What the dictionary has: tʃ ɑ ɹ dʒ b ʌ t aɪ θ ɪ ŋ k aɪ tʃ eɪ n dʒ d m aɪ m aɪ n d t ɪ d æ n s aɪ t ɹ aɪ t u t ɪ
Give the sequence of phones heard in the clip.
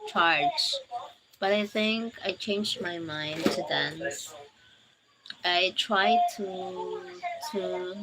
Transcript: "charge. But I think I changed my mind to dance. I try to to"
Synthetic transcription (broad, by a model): tʃ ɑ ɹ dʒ b ʌ t aɪ θ ɪ ŋ k aɪ tʃ eɪ n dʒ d m aɪ m aɪ n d t ɪ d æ n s aɪ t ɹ aɪ t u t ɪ